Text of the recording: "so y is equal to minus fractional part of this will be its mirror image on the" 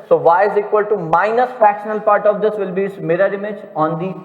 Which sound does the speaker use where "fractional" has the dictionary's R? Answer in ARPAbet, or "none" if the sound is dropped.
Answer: none